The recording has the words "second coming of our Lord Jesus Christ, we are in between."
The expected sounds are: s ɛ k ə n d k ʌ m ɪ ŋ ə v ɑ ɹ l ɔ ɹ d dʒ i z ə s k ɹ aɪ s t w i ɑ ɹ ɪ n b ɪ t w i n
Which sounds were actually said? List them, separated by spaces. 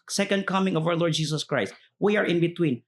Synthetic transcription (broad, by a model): s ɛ k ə n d k ʌ m ɪ ŋ ə v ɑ w l ɔ ɹ d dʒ i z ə s k ɹ aɪ s t w i ɑ ɹ ɪ n b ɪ t w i n